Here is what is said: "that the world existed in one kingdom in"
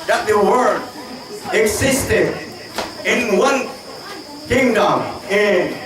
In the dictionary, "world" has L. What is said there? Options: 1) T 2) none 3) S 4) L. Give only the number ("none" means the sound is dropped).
2